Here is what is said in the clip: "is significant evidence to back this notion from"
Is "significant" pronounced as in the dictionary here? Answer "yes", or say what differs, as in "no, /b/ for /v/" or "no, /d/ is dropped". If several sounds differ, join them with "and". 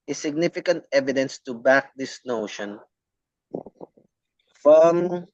yes